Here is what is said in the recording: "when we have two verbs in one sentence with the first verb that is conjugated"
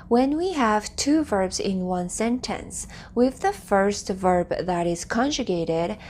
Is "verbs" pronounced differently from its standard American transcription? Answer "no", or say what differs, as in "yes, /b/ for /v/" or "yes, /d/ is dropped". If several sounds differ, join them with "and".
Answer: no